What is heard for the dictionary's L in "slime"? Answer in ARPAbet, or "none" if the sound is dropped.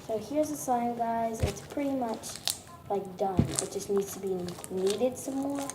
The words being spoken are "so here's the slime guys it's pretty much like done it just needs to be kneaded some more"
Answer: none